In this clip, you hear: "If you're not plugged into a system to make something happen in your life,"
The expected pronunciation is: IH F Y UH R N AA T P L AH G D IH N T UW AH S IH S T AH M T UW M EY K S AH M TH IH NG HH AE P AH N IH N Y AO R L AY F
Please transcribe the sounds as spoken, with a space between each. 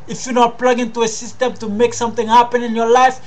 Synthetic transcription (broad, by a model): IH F Y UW N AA P L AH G IH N T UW AH S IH S T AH M T UW M EY K S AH M T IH NG HH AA P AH N IH N Y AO L AY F